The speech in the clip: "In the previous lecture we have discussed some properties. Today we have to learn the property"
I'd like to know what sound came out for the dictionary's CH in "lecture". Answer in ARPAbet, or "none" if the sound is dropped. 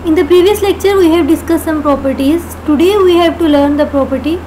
CH